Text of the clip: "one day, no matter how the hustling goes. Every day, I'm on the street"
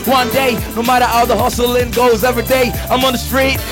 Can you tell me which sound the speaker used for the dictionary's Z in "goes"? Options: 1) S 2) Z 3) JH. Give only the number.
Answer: 2